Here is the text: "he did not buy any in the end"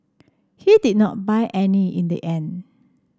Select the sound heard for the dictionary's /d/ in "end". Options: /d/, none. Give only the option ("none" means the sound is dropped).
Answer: none